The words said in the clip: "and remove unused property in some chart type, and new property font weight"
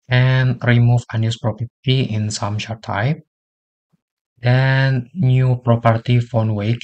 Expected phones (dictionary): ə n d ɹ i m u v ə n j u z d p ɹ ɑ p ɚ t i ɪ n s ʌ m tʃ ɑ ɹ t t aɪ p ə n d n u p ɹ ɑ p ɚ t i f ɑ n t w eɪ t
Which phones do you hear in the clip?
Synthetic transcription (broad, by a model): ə n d ɹ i m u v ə n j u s p ɹ ɑ p ɚ t i ɪ n s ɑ m ʃ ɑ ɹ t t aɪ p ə n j u p ɹ ɑ p ɚ t i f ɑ n w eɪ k